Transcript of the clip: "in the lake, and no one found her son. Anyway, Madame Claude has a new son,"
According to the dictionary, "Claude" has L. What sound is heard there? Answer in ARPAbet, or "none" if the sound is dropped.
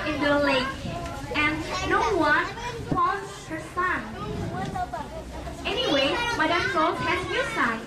none